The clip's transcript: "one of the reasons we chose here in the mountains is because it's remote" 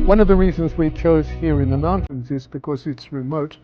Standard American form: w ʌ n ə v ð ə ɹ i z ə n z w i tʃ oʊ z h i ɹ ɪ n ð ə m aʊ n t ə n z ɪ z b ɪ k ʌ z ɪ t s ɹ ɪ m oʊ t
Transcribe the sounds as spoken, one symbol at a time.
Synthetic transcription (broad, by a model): w ʌ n ə v ð ə ɹ i z ə n z w i tʃ oʊ z h i ɹ ɪ n ð ə m aʊ n t ə n z ɪ z b ɪ k ʌ z ɪ t s ɹ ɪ m oʊ t